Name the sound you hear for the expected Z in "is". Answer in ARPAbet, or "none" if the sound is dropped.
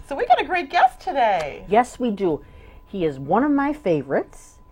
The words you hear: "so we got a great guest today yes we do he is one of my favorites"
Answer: Z